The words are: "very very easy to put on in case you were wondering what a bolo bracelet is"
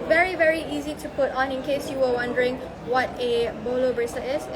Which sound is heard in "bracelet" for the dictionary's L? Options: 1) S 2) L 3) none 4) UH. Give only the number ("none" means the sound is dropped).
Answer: 3